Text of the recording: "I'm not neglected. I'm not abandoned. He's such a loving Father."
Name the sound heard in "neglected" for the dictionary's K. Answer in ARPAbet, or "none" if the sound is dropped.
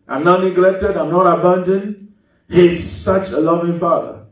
K